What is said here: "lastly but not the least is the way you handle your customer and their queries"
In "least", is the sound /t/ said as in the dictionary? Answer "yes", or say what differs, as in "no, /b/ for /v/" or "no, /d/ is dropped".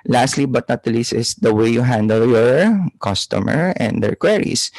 no, /t/ is dropped